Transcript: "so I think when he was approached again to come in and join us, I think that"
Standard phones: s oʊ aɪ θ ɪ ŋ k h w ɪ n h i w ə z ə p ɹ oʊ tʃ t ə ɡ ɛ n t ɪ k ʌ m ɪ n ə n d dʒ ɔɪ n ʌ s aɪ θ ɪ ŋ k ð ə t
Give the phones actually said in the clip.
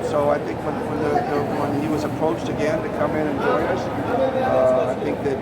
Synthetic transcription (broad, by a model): s oʊ aɪ θ ɪ ŋ k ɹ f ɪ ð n i w ə z ə p ɹ oʊ tʃ t ə ɡ ɛ n t ɪ k ʌ m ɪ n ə n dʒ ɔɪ ʌ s aɪ θ ɪ ŋ k ð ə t